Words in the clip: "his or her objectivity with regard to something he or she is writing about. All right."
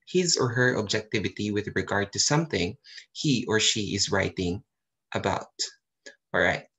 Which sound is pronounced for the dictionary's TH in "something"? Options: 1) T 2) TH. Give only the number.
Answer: 2